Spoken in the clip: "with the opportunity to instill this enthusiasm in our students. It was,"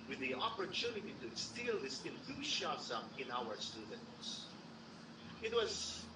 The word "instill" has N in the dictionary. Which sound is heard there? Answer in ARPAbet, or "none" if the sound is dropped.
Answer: none